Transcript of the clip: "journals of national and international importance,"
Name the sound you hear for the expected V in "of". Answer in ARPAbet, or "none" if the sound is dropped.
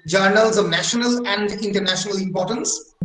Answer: V